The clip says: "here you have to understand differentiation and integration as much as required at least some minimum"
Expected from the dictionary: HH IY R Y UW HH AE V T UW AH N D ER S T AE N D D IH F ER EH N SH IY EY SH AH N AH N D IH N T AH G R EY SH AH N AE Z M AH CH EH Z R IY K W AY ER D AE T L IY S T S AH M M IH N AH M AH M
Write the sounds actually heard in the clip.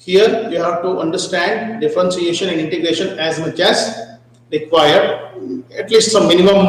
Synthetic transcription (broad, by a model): HH IY R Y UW HH AE V T UW AH N D ER S T AE N D D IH F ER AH N S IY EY SH AH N AH N D IH N T AH G R EY SH AH N AE Z M AH CH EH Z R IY K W AY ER D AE T L IY S T S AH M M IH N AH M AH M